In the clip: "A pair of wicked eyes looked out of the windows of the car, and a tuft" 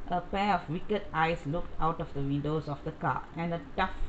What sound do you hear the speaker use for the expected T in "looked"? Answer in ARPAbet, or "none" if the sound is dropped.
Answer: T